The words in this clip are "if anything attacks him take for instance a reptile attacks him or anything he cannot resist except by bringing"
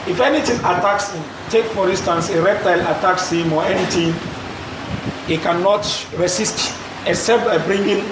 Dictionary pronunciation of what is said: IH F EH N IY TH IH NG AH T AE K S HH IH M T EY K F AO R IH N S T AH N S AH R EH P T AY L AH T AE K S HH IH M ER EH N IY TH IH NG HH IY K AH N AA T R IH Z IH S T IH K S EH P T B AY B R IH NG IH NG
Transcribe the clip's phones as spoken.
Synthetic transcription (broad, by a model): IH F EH N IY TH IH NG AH T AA K S HH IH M T EY K F AO R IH N S T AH N S AH R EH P T AY L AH T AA K S HH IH M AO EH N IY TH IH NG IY K AH N AA T R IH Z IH S T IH S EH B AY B R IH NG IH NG